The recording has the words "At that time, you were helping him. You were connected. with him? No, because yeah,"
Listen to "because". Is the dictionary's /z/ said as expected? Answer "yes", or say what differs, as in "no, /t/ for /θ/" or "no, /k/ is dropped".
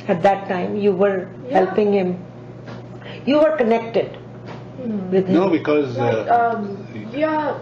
yes